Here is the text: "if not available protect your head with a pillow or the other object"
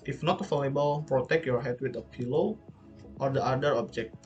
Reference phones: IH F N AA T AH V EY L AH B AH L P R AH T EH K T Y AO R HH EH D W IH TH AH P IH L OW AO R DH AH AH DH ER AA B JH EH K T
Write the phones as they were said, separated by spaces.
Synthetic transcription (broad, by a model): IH F N AA T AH F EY L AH B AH L P R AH T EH K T Y AO R HH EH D W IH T AH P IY L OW AO R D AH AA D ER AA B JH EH K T